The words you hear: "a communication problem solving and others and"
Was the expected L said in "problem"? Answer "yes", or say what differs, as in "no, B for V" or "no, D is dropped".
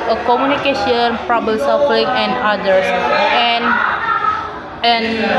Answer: no, L is dropped